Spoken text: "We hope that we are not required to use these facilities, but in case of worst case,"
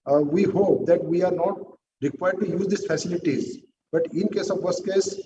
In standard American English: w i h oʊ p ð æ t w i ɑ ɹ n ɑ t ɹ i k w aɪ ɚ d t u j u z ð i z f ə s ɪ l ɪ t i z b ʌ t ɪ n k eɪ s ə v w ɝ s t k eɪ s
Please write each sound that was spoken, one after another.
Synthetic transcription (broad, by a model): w i h oʊ p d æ t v i ɑ ɹ n ɑ t ɹ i k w aɪ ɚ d t u j u z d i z f ə s ɪ l ɪ t i z b ʌ t ɪ n k eɪ s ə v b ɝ s k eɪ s